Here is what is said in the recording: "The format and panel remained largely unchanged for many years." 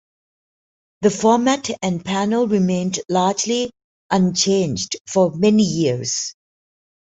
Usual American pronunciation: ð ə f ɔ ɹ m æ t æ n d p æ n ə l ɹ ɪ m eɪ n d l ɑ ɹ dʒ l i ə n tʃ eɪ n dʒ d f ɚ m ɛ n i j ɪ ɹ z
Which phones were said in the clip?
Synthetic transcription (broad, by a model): ð ə f ɔ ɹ m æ t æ n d p æ n ə l ɹ ɪ m eɪ n d l ɑ dʒ l i ə n tʃ eɪ n dʒ d f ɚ m ɛ n i j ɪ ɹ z